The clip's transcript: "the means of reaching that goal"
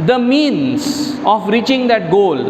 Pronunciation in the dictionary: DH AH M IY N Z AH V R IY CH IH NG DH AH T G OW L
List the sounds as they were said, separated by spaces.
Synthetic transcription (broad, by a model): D AH M IY N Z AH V R IY CH IH NG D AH T G OW L